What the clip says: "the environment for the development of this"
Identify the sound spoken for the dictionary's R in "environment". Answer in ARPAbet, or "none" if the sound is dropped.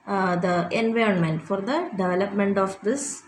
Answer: R